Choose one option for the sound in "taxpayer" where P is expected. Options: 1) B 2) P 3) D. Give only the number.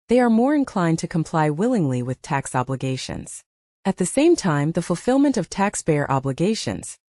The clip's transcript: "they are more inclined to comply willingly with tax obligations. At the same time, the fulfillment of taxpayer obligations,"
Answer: 1